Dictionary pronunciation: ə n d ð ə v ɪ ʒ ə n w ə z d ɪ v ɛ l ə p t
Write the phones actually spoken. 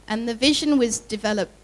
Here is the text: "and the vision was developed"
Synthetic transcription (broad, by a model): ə n ð ə v ɪ ʒ ə n w ə z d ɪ v ɛ l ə p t